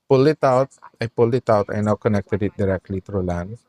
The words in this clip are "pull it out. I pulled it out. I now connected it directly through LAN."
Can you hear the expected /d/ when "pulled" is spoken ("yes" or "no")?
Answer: no